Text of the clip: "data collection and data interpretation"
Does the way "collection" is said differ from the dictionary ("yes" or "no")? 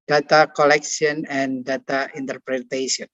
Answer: yes